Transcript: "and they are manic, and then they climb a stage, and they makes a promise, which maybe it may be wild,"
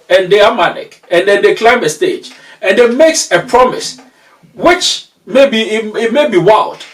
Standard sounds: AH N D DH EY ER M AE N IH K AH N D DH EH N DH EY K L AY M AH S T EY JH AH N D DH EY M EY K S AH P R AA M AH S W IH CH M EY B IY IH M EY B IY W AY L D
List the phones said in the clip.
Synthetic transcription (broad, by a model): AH N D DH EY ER M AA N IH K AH N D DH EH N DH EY K L AY M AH S T EY JH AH N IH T M EY K S AH P R AA M AH S W IH CH M EY B IY IH M EY B IY W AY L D